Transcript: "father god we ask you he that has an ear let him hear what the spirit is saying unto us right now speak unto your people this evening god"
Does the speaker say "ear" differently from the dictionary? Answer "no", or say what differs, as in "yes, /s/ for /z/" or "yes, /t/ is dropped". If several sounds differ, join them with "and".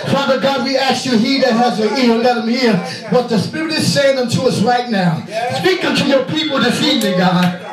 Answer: yes, /l/ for /ɹ/